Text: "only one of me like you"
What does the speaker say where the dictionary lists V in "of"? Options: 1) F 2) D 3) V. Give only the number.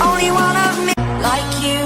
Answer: 3